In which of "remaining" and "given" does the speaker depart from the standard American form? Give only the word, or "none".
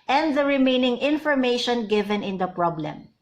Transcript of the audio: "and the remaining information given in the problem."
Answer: none